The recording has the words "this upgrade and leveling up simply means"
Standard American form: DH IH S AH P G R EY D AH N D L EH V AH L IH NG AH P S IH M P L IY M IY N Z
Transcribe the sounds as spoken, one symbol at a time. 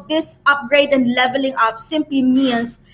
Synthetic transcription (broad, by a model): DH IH S AH P G R EY D AH N D L EH V AH L IH NG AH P S IH M P L IY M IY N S